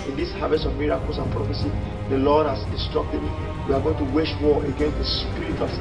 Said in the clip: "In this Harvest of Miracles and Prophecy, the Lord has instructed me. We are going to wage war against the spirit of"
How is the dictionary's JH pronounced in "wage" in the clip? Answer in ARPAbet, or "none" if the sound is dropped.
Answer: SH